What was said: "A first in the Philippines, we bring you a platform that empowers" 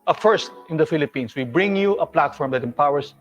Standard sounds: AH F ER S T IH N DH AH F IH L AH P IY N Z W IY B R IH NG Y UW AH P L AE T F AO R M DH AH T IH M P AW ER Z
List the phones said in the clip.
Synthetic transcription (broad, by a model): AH F ER S T IH N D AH F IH L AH P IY N S W IY B R IH NG Y UW AH P L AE T F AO R M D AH T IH M P AW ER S